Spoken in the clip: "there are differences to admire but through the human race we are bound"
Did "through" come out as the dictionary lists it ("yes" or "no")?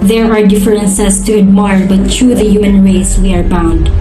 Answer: no